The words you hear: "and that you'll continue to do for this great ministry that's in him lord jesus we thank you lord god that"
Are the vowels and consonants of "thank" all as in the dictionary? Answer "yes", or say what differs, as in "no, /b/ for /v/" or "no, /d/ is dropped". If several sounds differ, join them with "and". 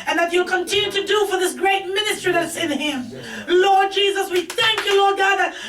yes